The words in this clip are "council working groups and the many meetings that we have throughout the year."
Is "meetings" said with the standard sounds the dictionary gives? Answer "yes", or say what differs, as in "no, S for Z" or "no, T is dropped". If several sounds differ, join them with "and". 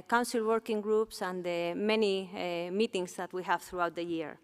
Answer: no, S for Z